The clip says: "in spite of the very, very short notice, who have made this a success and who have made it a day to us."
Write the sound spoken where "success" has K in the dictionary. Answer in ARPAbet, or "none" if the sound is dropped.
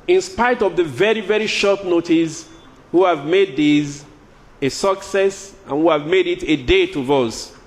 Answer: K